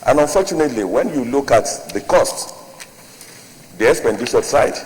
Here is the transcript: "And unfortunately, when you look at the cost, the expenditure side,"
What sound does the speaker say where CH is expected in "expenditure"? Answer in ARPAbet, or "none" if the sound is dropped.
SH